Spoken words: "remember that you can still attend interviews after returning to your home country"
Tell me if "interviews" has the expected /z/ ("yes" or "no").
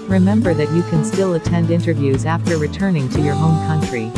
yes